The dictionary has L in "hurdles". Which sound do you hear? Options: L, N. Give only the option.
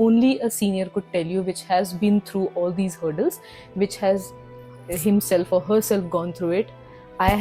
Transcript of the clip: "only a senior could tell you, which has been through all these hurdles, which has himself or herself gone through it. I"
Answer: L